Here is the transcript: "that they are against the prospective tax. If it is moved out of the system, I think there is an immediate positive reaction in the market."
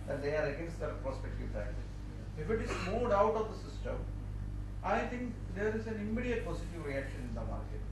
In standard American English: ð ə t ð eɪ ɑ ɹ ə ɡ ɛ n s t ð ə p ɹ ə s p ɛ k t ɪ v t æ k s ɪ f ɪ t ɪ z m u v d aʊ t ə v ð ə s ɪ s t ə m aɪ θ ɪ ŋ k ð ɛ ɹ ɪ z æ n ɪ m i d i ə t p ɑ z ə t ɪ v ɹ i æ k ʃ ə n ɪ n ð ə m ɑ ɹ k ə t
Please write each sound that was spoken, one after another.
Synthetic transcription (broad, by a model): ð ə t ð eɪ ɑ ɹ ə ɡ ɛ n s t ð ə p ɹ ə s p ɛ k t ɪ v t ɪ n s ɪ f ɪ t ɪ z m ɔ d aʊ t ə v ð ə s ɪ s t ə m aɪ t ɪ ŋ k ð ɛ ɹ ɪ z æ n ɪ m i d i ə t p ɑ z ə t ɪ v ɹ i æ k ʃ ə n ɪ n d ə m ɑ ɹ k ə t